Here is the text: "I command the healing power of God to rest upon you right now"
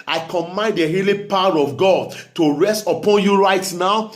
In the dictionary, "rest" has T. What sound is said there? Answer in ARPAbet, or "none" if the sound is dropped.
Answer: T